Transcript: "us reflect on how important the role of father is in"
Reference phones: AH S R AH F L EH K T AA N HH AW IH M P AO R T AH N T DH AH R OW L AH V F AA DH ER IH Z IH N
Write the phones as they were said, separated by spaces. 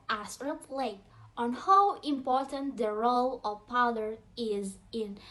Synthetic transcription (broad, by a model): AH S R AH P L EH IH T AA N HH AW IH M P AO R T AH N T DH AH R OW L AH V P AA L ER IH Z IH N